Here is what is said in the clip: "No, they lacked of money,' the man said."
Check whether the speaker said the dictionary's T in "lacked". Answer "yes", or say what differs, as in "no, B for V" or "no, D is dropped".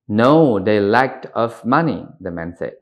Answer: yes